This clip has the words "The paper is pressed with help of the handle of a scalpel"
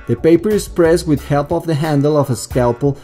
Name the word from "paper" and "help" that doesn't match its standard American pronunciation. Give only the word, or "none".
none